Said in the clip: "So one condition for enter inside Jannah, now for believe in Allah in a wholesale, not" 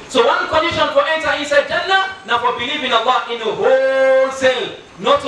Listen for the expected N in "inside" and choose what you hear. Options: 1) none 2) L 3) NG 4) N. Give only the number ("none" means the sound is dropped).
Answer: 1